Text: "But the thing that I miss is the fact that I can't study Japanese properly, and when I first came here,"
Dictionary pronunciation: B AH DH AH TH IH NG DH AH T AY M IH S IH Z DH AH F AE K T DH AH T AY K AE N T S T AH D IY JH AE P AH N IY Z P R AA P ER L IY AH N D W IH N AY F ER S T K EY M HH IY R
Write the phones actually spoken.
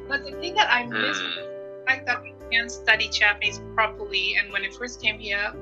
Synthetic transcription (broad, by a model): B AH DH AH TH IH NG DH AH T AY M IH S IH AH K DH AH T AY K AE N S T AH D IY CH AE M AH IH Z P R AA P ER L IY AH N W IH N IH F ER S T K EY M HH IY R